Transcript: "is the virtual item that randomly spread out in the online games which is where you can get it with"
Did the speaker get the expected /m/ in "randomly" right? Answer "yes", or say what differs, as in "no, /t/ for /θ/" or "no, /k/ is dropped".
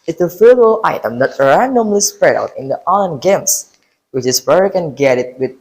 yes